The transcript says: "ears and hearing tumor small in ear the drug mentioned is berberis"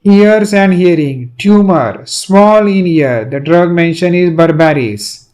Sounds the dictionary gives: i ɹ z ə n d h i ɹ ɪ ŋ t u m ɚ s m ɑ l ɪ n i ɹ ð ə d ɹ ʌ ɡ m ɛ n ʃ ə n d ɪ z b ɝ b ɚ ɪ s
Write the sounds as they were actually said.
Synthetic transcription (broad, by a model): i ɹ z ə n d h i ɹ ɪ ŋ t u m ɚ s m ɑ l ɪ n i ɹ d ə d ɹ ʌ ɡ m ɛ n ʃ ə n ɪ z b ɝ b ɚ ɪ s